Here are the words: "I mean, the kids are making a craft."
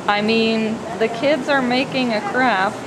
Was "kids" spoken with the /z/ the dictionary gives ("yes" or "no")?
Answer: yes